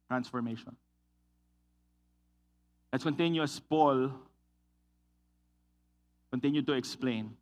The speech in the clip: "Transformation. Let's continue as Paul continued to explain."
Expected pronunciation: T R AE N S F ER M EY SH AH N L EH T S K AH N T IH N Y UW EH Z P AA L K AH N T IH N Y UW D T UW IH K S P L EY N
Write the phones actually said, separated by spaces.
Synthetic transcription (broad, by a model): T R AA N S F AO M EY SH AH N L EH T S K AH N T IH N Y UW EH S P AA L K AH N T IH N Y UW D T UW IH K S P L EY N